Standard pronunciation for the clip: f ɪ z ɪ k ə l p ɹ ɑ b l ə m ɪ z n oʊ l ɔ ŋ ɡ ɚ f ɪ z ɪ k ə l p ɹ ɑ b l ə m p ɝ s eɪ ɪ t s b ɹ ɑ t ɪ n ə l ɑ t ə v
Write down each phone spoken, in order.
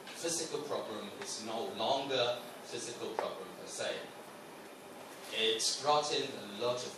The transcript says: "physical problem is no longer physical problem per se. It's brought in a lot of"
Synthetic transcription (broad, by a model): f ɪ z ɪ k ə l p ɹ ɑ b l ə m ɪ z n oʊ l ɔ ŋ ɡ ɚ f ɪ z ɪ k ə l p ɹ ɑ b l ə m f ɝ s eɪ ɪ t s ɹ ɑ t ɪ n ə l ɑ t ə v